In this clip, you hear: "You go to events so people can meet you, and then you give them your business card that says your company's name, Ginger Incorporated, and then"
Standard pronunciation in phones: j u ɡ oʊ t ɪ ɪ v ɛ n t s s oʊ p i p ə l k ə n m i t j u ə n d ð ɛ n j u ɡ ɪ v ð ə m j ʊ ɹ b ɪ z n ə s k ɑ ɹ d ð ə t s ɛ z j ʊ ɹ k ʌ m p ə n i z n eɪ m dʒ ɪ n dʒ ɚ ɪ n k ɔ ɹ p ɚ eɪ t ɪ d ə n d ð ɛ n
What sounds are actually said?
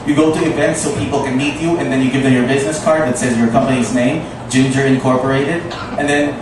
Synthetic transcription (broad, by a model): j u ɡ oʊ t ɪ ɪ v ɛ n t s s oʊ p i p l k ə n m i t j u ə n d ð ɛ n j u ɡ ɪ v ð ə m j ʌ ɹ b ɪ z n ə s k ɑ ɹ d ð ə t s ɛ z j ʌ ɹ k ʌ m p ə n i z n eɪ m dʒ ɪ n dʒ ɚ ɪ n k ɔ ɹ p ɚ eɪ t ɪ d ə n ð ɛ n